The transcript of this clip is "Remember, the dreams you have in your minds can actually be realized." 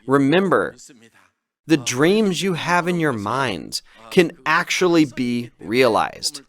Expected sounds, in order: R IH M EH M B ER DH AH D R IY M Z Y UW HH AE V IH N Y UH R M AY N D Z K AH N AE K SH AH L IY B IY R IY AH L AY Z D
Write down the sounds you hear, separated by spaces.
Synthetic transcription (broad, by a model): R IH M EH M B ER DH AH D R IY M Z Y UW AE V IH N Y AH R M AY N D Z K AH N AE K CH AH L IY B IY R IY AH L AY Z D